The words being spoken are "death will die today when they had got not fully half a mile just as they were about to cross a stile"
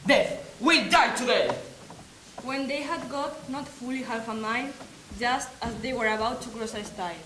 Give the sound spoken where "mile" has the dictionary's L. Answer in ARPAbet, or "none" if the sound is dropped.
N